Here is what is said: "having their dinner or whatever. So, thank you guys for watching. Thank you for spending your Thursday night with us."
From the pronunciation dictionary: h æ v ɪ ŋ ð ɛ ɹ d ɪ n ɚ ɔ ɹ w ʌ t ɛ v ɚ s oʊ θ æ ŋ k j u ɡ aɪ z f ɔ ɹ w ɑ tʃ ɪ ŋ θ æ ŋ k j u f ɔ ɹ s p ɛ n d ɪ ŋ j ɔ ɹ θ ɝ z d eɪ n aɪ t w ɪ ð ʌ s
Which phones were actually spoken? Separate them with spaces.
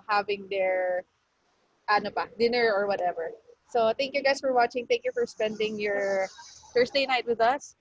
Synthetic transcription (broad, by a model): h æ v ɪ ŋ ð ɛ ɹ d ɪ n ɚ ɔ ɹ w ʌ t ɛ v ɚ s oʊ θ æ ŋ k j u ɡ aɪ s f ɔ ɹ w ɑ tʃ ɪ ŋ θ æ ŋ k j u f ɔ ɹ s p ɛ n d ɪ ŋ j ɔ ɹ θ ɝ s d eɪ n aɪ t w ɪ ð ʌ s